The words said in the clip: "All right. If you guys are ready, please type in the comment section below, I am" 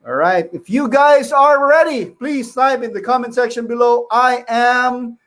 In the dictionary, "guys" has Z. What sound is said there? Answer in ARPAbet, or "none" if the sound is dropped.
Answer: Z